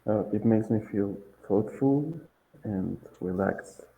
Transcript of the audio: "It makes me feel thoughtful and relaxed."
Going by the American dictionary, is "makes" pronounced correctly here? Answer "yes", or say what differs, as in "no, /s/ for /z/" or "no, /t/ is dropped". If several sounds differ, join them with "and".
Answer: yes